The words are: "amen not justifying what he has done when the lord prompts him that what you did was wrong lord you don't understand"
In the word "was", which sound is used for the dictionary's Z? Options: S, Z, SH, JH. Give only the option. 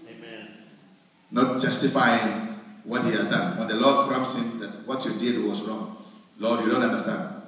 S